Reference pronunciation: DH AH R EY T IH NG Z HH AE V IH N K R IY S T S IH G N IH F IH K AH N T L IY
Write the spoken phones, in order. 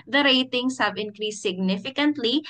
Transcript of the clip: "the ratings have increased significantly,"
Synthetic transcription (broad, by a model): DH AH R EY T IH NG S HH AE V IH N K R IY S T S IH G N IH F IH K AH N T L IY